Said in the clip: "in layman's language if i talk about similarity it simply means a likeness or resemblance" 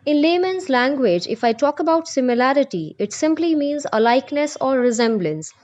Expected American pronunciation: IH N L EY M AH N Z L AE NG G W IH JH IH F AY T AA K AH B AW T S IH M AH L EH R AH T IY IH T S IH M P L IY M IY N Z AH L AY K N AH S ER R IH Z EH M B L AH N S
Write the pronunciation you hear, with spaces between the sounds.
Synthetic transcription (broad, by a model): IH N L EY M AH N Z L AE NG G W IH JH IH F AY T AA K AH B AW T S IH M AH L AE R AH T IY IH T S IH M P L IY M IY N Z AH L AY K N AH S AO R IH Z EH M B L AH N S